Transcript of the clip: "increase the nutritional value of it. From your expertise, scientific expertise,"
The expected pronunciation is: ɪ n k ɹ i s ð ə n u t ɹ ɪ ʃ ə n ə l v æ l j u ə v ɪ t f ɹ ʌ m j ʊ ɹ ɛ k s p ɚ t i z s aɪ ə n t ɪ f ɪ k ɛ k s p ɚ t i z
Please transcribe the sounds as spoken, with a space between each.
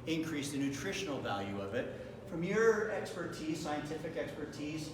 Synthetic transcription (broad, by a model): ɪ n k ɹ i s ð ə n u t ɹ ɪ ʃ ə n l v æ l j u ə v ɪ t f ɹ ʌ m j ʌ ɹ ɛ k s p ɚ t i z s aɪ ə n t ɪ f ɪ k ɛ k s p ɚ t i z